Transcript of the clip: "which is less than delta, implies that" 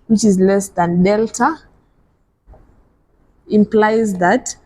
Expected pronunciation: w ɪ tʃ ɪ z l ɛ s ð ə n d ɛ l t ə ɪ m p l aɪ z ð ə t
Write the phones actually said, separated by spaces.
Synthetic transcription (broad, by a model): w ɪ tʃ ɪ z l ɛ s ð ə n d ɛ l t ə ɪ m p l aɪ z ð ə t